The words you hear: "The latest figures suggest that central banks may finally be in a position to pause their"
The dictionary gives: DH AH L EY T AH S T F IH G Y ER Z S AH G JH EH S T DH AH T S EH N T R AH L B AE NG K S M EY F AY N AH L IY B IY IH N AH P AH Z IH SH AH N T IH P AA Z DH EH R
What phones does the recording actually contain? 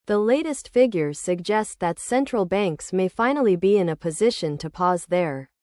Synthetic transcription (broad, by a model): DH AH L EY T AH S T F IH G Y ER S AH G JH EH S T DH AH T S EH N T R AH L B AE NG K S M EY F AY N L IY B IY IH N AH P AH Z IH SH AH N T IH P AA Z DH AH R